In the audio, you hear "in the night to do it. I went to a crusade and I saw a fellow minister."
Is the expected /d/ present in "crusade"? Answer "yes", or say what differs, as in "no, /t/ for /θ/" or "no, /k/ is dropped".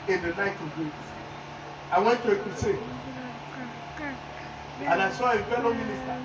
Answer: no, /d/ is dropped